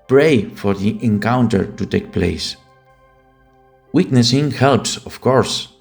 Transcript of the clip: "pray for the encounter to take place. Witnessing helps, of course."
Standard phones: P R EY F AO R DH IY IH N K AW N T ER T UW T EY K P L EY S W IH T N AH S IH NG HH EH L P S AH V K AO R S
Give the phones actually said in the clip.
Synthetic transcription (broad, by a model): P R EY F AO R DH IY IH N K AW N T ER T UW T EY K P L EY S W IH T N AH S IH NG HH EH L P S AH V K AO R S